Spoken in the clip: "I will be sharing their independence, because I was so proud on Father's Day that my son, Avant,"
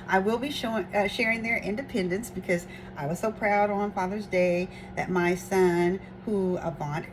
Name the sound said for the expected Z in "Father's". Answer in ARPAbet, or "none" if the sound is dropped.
Z